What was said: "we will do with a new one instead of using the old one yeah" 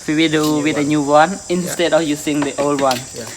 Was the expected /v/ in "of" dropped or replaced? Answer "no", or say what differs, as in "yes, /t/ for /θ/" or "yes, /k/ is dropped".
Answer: yes, /f/ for /v/